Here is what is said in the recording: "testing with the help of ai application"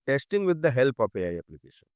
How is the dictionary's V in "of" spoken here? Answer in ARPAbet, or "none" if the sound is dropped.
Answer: P